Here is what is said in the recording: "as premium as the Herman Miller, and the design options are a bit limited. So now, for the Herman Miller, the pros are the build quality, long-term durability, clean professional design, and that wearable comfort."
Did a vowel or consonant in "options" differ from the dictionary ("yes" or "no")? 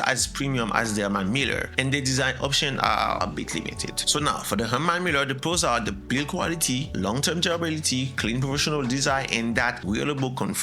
yes